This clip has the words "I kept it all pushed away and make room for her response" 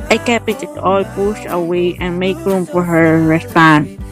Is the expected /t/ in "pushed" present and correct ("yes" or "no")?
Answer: no